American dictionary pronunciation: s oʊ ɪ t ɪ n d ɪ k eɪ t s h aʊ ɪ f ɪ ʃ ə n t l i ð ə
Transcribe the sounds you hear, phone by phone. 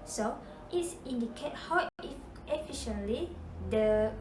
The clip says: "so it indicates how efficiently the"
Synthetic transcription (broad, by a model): s oʊ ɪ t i n d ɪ k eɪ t h aʊ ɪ f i ʃ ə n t l i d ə